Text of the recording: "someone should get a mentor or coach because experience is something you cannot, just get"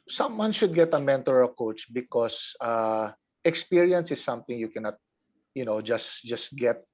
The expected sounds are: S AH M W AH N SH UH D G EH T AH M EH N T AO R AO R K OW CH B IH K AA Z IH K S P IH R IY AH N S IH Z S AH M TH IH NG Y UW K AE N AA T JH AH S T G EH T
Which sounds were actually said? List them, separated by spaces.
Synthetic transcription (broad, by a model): S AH M W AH N SH UH D G EH T AH M EH N T AO R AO L K OW CH B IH K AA S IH K S P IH R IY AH N S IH S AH M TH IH NG Y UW K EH N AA T JH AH S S G EH T